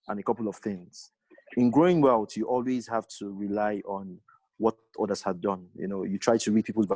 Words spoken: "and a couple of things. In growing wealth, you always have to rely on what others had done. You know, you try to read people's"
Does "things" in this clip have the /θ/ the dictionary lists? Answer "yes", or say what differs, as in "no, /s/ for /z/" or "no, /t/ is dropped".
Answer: yes